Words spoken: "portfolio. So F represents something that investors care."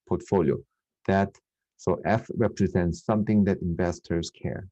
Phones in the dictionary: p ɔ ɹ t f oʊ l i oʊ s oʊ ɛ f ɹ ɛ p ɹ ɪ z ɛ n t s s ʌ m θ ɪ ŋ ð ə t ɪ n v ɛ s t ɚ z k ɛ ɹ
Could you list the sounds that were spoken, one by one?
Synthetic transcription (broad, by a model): p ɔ ɹ t f oʊ l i oʊ s oʊ ɛ f ɹ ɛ p ɹ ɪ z ɛ n t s s ʌ m θ ɪ ŋ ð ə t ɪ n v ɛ s t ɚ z k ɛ ɹ